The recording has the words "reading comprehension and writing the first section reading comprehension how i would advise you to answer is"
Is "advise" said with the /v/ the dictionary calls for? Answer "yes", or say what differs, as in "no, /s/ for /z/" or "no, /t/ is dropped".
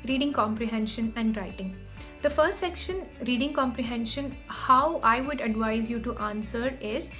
yes